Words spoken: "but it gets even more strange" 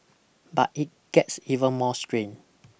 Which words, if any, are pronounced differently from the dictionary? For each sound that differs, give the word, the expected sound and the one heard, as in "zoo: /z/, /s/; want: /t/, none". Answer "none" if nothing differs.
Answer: strange: /dʒ/, none